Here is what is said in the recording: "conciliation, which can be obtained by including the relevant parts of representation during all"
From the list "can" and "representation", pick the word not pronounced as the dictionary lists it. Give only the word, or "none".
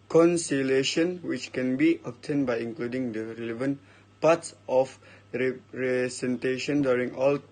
representation